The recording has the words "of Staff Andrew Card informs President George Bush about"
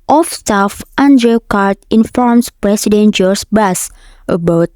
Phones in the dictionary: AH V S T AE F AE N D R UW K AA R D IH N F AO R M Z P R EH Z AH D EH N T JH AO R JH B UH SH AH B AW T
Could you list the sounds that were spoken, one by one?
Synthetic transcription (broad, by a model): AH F S T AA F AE N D R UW K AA R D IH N F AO R M S P R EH S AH D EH N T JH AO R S B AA S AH B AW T